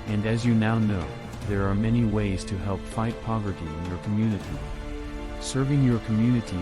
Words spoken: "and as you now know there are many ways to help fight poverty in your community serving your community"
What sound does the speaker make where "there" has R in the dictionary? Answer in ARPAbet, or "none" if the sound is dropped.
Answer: R